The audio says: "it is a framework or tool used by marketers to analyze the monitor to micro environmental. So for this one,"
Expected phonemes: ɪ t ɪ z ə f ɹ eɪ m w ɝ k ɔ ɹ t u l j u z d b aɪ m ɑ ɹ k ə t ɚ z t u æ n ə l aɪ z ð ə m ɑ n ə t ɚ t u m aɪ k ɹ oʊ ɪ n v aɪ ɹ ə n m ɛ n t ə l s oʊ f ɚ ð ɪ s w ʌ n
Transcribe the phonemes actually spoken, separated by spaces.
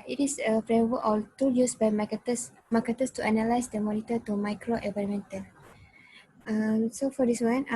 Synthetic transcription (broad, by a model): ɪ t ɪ s ə f ɹ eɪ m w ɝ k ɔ l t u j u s b aɪ m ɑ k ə t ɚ s t u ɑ n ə l aɪ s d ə m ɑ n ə t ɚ t u m aɪ k ɹ oʊ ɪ v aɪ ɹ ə m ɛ n t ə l s oʊ f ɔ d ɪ s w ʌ n